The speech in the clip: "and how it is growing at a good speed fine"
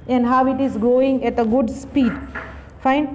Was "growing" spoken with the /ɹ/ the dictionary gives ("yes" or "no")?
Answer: no